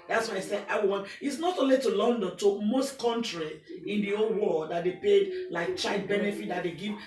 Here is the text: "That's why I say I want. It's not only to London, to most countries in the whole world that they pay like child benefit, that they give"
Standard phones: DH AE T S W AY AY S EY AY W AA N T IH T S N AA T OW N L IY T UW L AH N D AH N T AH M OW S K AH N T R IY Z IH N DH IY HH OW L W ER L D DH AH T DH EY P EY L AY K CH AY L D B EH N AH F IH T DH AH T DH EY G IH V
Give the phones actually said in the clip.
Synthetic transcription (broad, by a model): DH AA T S W AY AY S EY AY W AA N IH T S N AA T OW N L IY T UW L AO N D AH N T AH M OW S K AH N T R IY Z IH N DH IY OW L W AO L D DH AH T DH EY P EY L AY K CH AY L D B EH N AH F IH T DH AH T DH EY G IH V